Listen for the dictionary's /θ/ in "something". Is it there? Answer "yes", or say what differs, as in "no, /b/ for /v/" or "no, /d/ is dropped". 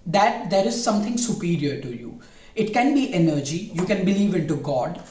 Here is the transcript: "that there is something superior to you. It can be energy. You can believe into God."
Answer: no, /t/ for /θ/